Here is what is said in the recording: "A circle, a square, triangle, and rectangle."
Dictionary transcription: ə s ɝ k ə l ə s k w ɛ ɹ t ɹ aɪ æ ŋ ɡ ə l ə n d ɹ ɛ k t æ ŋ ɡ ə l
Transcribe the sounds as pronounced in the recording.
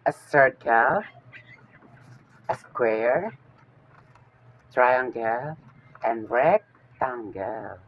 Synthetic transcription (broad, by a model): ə s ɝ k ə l ə s k w ɛ ɹ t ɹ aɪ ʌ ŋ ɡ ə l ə n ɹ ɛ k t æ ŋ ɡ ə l